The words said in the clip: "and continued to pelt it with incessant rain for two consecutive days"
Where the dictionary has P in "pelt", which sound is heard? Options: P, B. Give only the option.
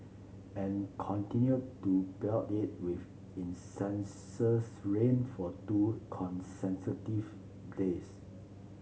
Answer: B